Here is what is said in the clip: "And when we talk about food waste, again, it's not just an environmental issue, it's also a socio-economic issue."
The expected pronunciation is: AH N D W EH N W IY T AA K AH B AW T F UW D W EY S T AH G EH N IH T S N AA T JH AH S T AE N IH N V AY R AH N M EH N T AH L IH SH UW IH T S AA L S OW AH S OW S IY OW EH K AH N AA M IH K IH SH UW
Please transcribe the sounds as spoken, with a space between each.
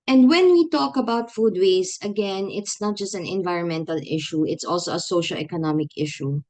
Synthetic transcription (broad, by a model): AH N D W EH N W IY T AA K AH B AW T F UW D W EY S AH G EH N IH T S N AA T JH AH S T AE N IH N V AY R AH N M EH N T AH L IH SH UW IH T S AA L S OW AH S OW SH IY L EH K AH N AA M IH K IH SH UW